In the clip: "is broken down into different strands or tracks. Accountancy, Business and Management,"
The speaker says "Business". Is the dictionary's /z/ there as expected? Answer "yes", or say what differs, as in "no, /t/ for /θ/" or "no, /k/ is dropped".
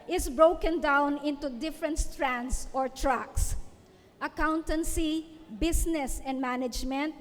no, /s/ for /z/